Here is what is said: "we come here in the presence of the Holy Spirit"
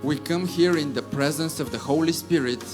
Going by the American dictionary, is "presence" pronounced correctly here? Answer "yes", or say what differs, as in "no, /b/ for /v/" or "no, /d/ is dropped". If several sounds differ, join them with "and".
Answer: yes